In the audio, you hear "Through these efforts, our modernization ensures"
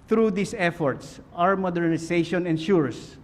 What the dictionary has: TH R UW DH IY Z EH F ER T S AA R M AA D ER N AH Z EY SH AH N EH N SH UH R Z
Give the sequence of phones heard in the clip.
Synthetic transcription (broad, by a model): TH R UW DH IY S EH F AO T S AA R M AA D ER N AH S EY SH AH N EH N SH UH R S